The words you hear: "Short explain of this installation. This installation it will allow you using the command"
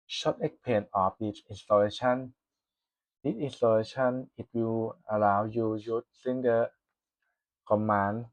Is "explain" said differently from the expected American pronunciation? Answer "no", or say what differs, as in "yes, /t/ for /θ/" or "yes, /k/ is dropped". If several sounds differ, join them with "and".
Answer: yes, /s/ is dropped and /l/ is dropped